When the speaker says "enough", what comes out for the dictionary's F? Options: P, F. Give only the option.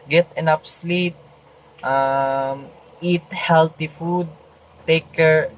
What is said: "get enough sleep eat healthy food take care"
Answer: P